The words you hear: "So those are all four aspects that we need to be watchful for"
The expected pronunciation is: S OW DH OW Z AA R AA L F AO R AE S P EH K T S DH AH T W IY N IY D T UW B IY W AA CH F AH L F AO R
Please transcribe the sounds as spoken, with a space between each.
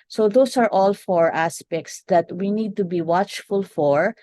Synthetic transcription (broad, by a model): S OW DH OW S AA R AA L F AO R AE S P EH K T S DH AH T W IY N IY D T UW B IY W AA CH F AH L F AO R